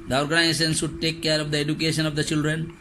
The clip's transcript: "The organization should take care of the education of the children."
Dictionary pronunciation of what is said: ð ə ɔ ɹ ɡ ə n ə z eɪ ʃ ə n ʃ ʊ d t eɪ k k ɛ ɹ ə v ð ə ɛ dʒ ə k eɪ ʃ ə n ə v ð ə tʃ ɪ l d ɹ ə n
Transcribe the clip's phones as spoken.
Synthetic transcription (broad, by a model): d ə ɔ ɹ ɡ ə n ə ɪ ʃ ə n s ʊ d t eɪ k k ɛ ɹ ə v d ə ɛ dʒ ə k eɪ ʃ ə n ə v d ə tʃ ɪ l d ɹ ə n